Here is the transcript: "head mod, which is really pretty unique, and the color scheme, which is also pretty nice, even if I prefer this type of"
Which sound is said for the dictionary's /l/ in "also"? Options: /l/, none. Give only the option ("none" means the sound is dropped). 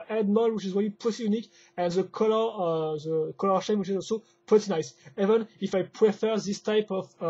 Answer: /l/